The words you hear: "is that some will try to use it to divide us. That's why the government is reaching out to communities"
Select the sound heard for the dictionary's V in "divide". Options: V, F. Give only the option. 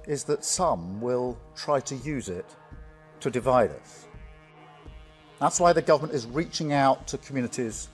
V